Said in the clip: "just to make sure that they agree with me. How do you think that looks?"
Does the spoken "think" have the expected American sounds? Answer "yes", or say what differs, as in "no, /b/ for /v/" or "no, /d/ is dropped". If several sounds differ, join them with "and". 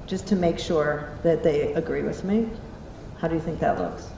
yes